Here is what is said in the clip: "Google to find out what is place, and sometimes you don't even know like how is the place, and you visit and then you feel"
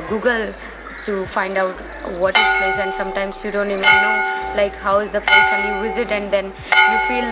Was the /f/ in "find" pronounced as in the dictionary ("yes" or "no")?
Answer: no